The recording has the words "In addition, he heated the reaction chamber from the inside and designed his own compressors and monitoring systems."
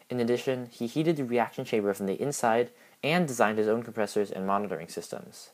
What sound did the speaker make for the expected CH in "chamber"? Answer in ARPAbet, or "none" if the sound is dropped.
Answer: SH